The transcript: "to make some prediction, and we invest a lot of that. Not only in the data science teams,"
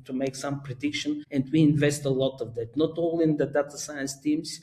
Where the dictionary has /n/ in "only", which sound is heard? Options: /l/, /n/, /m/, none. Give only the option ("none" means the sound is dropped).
none